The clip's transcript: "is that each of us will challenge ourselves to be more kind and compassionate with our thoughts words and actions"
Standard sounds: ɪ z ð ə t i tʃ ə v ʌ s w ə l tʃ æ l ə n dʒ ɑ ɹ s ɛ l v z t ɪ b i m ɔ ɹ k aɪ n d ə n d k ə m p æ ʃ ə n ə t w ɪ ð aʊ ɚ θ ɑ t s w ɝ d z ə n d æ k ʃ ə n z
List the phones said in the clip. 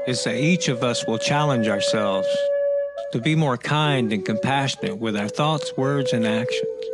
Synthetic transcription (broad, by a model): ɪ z ð ə t i tʃ ə v ʌ s w ə l tʃ æ l ə n dʒ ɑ ɹ s ɛ l v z t ɪ b i m ɔ ɹ k aɪ n d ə n k ə m p æ ʃ ə n ə t w ɪ ð aʊ ɚ θ ɑ t s w ɝ d z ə n æ k ʃ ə n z